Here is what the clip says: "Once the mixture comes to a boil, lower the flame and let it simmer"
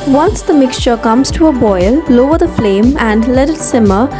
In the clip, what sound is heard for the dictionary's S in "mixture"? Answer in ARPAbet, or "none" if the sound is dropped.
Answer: S